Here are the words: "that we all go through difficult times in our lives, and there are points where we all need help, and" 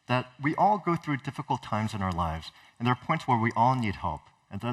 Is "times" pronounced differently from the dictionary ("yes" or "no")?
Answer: no